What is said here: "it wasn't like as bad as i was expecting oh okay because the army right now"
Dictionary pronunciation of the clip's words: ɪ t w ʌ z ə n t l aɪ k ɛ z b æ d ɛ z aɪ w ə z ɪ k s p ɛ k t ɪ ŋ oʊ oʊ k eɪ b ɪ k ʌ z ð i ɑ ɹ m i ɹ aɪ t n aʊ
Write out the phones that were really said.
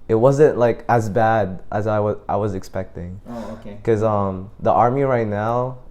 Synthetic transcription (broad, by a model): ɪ t w ʌ z ə n t l aɪ k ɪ z b æ d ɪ z aɪ w ə z ɪ k s p ɛ k t ɪ ŋ oʊ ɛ k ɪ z ʌ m ð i ɑ ɹ m i ɹ aɪ t n aʊ